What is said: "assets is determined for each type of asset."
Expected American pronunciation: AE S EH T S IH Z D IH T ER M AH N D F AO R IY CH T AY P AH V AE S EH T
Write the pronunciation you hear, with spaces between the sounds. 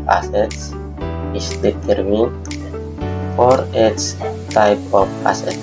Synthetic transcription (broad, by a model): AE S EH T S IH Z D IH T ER M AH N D F AO R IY S T AY P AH P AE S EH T